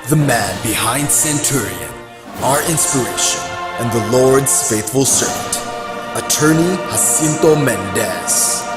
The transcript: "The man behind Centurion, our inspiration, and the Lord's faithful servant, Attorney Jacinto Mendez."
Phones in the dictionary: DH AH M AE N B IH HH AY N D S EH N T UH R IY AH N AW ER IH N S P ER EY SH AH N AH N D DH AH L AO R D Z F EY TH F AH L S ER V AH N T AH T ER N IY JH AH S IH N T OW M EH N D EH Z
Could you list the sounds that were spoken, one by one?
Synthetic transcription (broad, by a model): DH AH M AE N B IH HH AY N D S EH N T UH R IY AH N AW ER IH N S P ER EY SH AH N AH N DH AH L AO R D Z F EY TH F AH L S ER V AH N T AH T ER N IY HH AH S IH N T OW M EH N D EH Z